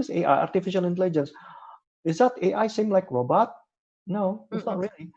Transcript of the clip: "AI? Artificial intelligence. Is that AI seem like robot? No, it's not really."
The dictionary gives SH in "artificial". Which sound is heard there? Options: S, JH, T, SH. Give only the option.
SH